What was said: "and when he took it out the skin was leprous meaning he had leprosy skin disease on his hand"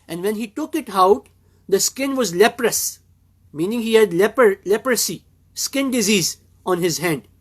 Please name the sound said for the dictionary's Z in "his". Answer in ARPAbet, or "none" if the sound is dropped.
Z